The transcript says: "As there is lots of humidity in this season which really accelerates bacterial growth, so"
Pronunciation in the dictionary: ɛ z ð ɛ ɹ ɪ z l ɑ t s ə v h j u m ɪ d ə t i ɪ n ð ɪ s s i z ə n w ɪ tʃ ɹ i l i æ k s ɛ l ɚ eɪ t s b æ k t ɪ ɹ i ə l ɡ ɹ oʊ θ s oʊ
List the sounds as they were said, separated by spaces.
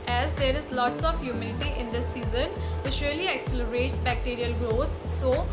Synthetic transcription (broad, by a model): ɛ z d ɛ ɹ ɪ z l ɑ t s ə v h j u m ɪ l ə t i ɪ n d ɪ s s i z ə n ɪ s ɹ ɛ l i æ k s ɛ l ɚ eɪ t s b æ k t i ɹ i ə l ɡ ɹ oʊ t s oʊ